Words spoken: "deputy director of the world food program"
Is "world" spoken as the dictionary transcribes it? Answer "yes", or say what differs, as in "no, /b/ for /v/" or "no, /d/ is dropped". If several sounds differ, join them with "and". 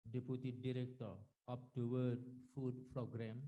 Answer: no, /l/ is dropped